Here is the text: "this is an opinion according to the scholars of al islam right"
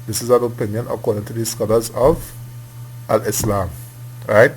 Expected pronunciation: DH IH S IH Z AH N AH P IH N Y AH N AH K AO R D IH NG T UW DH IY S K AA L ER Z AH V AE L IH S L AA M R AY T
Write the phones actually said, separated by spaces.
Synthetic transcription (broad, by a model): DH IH S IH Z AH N AH P IH N Y AH N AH K AO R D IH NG T UW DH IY S K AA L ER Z AH V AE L IH S L AA M R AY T